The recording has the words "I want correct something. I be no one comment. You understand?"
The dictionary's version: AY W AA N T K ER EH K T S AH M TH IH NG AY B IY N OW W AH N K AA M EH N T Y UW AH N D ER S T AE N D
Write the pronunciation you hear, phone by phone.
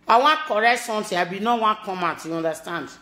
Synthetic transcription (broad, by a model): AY W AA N K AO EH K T S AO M T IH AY B IY N OW W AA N K AA M EH N T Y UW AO N D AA S T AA N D